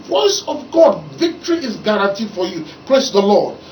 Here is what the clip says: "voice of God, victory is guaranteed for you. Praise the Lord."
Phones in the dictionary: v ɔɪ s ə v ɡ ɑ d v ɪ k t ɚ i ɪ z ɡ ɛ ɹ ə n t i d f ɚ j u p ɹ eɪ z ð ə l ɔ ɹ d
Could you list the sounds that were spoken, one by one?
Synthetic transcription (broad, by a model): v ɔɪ s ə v ɡ ɑ d v ɪ k t ɚ i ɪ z ɡ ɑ ɹ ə n t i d f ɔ j u p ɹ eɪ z ð ə l ɔ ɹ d